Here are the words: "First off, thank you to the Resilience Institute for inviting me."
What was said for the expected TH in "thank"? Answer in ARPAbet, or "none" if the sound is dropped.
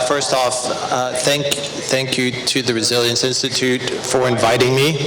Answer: TH